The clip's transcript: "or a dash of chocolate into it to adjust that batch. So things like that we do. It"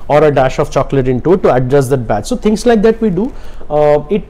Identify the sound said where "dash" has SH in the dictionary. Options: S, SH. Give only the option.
SH